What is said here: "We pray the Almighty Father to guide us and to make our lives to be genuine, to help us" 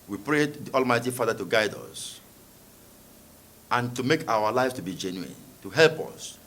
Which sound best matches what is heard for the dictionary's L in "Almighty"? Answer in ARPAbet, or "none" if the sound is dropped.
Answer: L